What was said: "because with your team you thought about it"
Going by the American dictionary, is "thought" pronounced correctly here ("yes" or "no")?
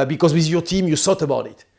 no